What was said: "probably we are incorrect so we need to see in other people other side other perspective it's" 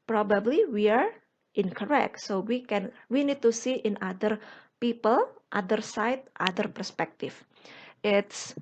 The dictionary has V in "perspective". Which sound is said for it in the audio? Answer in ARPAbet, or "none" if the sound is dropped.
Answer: F